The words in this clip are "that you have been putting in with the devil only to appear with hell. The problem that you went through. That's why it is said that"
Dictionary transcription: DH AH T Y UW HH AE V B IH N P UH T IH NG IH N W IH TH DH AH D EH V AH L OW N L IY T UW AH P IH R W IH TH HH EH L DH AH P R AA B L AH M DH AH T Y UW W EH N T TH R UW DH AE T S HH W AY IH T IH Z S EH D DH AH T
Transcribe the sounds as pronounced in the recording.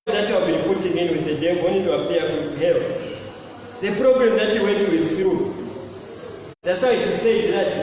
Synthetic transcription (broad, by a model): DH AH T Y UW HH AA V B IH N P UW T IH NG IH N W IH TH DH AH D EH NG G W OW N IY T UW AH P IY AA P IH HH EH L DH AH P R AA B L AH M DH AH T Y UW W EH N T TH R UW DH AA T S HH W IH T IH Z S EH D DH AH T